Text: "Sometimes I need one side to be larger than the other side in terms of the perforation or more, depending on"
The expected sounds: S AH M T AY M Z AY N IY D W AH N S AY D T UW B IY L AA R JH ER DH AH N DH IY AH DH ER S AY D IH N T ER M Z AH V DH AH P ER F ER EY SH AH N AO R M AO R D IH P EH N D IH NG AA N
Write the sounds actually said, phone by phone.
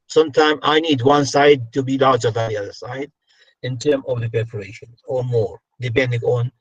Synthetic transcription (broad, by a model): S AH M T AY M AY N IY D W AH N S AY D T UW B IY L AA R JH ER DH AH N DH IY AH DH ER S AY D IH N T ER M AH V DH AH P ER P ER EY SH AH N AO R M AO R D IH P EH N D IH NG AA N